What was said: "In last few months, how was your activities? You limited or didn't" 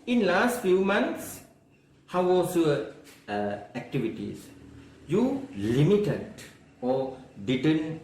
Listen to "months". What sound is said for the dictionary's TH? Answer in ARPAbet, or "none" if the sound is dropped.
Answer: T